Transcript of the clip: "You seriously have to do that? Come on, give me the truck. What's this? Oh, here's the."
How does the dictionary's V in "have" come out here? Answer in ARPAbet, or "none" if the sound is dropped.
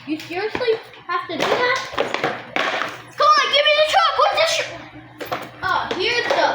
F